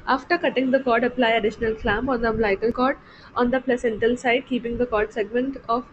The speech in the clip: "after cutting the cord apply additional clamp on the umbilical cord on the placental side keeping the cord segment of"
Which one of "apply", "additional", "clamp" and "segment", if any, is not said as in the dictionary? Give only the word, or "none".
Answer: clamp